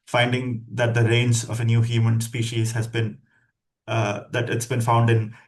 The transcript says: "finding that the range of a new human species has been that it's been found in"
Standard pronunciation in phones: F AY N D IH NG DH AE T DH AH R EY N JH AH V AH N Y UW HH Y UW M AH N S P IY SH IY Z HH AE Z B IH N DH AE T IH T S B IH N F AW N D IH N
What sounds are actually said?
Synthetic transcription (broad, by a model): F AY N D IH NG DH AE T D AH R EY N Z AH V AH N Y UW HH Y UW M AH N S P IY SH IY Z HH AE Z B IH N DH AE T IH T S B IH N F AW N D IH N